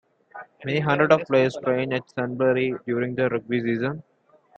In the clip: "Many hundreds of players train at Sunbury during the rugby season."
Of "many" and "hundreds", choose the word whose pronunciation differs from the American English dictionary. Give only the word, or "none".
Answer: hundreds